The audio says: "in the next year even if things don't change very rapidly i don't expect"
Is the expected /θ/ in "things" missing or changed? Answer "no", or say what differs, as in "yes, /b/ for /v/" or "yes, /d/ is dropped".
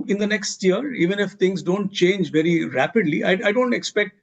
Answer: yes, /t/ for /θ/